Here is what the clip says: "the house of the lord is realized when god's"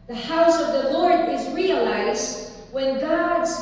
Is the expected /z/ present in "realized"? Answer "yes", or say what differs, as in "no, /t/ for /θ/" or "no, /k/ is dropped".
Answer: yes